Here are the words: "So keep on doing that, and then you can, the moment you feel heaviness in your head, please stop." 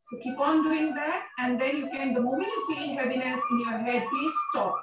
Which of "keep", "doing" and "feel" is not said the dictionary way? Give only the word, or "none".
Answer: feel